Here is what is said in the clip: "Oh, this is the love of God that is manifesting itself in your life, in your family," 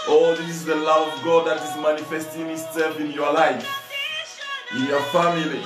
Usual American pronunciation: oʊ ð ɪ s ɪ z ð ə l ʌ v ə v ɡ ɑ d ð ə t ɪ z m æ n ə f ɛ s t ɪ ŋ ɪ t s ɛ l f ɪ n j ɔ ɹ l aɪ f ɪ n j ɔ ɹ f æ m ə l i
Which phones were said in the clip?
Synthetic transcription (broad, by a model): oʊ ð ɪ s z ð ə l ʌ v ə v ɡ ɑ d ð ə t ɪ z m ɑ n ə f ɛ s t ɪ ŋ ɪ s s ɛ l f ɪ n j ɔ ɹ l aɪ f ɪ n j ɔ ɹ f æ m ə l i